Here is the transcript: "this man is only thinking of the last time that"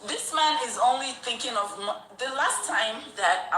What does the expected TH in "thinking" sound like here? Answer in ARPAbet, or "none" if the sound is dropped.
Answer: TH